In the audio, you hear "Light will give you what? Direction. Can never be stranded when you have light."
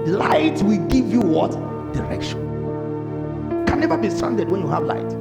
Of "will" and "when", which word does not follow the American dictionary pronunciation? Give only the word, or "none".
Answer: none